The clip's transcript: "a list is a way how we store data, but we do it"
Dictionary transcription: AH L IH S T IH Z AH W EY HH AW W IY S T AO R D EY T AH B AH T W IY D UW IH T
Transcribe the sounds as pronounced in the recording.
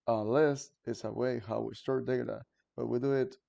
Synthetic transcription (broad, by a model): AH L IH S T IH S AH W EY HH AW W IY S T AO R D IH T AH B AH T W IY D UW IH T